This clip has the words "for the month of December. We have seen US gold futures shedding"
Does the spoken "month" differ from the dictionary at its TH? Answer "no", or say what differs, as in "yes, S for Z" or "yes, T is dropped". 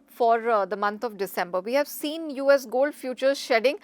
yes, T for TH